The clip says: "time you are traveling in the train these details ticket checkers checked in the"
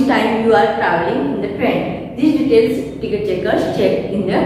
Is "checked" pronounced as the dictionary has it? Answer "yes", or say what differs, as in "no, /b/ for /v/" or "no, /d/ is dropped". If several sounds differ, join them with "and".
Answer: no, /t/ is dropped